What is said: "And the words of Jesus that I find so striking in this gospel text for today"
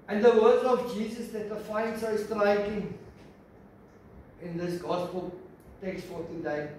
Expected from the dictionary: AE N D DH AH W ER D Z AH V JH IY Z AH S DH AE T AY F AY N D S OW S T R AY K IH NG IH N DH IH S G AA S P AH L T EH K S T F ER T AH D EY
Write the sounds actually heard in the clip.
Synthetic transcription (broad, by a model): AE N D DH AH W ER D AH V JH IY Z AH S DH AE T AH F AY N D S OW S T R AY K IH NG IH N DH IH S G AA S P AH L T EH K S T F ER T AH D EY